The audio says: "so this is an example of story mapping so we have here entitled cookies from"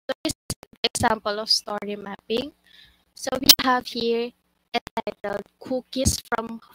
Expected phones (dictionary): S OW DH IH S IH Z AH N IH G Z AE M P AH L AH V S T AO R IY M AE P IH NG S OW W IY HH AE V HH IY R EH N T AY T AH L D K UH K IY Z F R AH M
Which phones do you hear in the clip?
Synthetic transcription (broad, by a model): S OW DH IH S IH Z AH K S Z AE M P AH L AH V S T AO R IY M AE P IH NG S OW W IY HH AE V HH IY R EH T AY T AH L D K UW K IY S F R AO M